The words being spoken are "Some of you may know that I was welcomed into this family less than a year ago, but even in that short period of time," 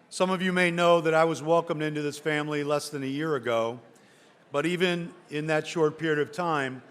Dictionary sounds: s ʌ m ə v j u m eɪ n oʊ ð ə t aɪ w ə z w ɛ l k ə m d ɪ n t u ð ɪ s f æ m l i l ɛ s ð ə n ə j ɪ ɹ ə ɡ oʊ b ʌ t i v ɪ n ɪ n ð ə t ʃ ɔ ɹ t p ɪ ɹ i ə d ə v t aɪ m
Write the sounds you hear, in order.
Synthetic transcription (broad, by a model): s ʌ m ə v j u m eɪ n oʊ ð ə t aɪ w ə z w ɛ l k ə m d ɪ n t u ð ɪ s f æ m l i l ɛ s ð ə n ə j ɪ ɹ ə ɡ oʊ b ʌ t i v ɪ n ɪ n ð ə t ʃ ɔ ɹ t p ɪ ɹ i ə d ə v t aɪ m